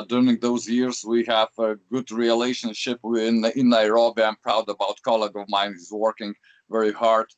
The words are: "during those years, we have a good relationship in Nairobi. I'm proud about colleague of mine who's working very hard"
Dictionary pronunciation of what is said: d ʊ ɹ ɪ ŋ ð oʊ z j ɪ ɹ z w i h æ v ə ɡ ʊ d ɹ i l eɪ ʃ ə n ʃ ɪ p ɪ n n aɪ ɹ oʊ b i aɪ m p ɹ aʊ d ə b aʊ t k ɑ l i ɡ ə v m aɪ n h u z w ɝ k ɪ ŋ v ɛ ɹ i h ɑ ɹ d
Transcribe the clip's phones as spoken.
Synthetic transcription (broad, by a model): d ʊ ɹ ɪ ŋ ð oʊ z j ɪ ɹ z w i h æ v ə ɡ ʊ d ɹ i l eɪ ʃ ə n ʃ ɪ p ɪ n n aɪ ɹ oʊ b i aɪ m p ɹ aʊ d ə b aʊ t k ɑ l i ɡ ə v m aɪ n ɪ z w ɝ k ɪ ŋ v ɛ ɹ i h ɑ ɹ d